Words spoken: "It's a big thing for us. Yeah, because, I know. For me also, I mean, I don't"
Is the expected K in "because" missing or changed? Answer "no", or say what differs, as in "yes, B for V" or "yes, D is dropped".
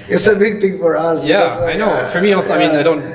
yes, K is dropped